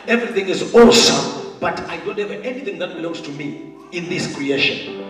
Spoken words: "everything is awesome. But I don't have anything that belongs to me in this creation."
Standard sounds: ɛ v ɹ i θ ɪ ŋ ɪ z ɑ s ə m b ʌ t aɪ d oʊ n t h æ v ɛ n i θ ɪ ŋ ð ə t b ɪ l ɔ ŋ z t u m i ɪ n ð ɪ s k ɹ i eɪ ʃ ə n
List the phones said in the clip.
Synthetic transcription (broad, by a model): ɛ v ɹ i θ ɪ ŋ ɪ z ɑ s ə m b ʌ t aɪ d oʊ n t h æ v ɛ n i θ ɪ ŋ ð ə t b ɪ l ɔ ŋ z t u m i ɪ n ð ɪ s k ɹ i eɪ ʃ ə n